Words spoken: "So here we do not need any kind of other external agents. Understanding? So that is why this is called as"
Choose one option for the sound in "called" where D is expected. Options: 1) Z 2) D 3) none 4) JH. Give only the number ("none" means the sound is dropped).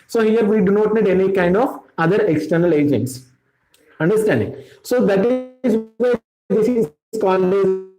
3